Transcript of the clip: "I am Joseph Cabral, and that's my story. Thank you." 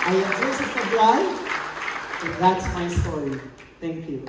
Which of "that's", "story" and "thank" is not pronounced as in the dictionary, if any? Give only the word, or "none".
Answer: none